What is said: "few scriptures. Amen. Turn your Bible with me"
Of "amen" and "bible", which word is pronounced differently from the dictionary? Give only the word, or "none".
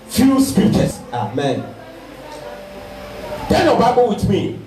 none